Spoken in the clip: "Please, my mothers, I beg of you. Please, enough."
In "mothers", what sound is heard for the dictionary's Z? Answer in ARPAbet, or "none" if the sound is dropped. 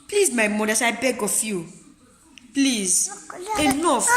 S